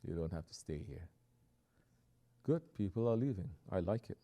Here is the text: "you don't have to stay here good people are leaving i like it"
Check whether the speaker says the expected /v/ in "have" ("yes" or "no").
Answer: no